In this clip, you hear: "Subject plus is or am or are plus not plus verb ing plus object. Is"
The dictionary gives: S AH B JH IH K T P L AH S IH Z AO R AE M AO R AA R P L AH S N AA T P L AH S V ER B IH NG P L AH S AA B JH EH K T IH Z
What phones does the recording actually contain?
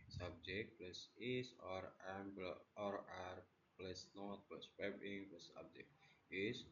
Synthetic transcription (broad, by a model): S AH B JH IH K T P L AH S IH S AO R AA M AO R AA R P L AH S N AA T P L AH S P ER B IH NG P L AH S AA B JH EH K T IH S